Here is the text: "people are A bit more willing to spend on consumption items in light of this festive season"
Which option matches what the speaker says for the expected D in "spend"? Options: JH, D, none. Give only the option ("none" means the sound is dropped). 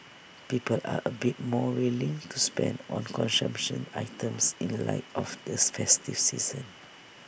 D